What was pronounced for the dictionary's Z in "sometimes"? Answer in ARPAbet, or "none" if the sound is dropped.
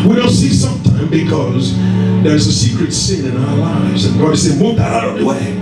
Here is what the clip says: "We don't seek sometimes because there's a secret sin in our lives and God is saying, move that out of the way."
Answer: none